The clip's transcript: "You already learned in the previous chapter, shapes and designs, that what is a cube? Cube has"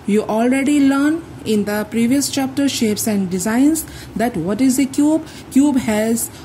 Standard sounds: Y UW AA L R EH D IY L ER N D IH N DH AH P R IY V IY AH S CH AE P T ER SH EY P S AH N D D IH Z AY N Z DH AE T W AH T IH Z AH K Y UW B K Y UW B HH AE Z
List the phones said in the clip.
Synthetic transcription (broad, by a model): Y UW AA L R EH D IY L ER N IH N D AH P R IY V IY AH S CH AE P T ER SH EY P S AH N D D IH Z AY N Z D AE T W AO T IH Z AH K Y UW B K Y UW B HH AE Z